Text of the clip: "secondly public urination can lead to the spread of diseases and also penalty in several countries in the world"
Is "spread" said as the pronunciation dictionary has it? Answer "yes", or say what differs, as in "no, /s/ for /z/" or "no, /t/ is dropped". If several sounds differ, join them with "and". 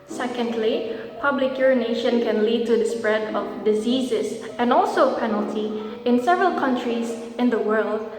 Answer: yes